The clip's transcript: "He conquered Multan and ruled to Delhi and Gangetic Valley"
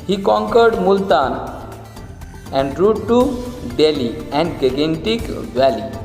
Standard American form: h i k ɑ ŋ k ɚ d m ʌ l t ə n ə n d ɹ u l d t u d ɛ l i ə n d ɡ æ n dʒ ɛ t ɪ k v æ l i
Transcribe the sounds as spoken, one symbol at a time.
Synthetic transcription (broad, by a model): h i k ɑ ŋ k ɚ d m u l t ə n ə n d ɹ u d t u d ɛ l i ə n d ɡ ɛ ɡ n t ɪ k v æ l i